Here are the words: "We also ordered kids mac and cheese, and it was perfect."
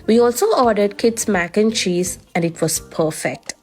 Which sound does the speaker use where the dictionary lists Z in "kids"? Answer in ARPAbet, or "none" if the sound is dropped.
S